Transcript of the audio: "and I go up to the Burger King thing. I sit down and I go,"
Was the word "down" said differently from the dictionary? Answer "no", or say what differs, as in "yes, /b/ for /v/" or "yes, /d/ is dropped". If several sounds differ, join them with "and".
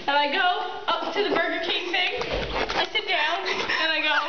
no